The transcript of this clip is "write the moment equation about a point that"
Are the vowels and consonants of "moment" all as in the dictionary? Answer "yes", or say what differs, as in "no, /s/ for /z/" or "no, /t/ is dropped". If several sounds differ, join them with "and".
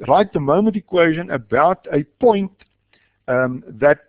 yes